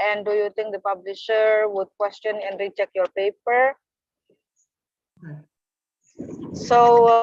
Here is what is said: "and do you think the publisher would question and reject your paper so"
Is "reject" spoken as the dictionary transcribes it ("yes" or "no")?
no